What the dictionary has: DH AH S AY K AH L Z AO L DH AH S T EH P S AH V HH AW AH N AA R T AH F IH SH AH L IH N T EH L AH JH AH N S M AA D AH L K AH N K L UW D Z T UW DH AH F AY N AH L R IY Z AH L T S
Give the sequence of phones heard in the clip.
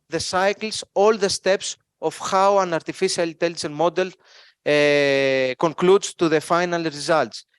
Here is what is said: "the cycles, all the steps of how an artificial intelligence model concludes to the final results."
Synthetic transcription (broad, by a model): DH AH S AY K L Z AO L DH AH S T EH P S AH F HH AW AH N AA R T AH F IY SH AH L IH N T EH L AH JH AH N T M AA D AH L K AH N K L UW D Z T UW DH AH F AY N AH L R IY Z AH L T S